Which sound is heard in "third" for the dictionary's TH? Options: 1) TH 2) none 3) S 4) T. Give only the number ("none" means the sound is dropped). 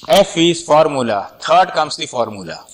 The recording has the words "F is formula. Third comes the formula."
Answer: 4